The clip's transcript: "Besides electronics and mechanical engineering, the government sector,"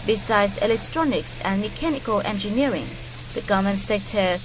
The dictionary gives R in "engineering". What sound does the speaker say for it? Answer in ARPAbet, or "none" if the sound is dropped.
R